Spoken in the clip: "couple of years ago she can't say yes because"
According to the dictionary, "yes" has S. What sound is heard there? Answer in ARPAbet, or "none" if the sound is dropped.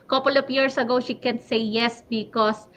S